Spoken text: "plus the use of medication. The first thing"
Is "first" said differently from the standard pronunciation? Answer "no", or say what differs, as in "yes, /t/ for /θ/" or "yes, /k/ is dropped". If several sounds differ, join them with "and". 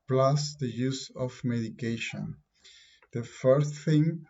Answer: yes, /s/ is dropped